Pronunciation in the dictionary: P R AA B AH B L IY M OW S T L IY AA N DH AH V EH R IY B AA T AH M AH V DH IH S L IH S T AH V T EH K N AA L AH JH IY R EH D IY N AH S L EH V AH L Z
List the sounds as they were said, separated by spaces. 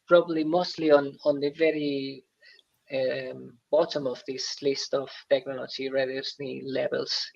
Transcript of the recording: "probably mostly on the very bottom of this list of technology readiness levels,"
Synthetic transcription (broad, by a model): P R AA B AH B L IY M OW S T L IY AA N DH AH V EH R IY B AA T AH M AH V DH IH S L IH S T AH V T EH K N AA L AH JH IY R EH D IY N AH L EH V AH L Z